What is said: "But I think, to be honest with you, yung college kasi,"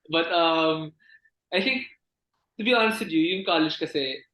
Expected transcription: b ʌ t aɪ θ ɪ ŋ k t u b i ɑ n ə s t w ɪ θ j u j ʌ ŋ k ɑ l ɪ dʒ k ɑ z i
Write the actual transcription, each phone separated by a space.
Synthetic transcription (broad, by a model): b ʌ t aɪ t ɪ ŋ k t u b i ɑ n ə s t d j u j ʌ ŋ k ɑ l ɪ dʒ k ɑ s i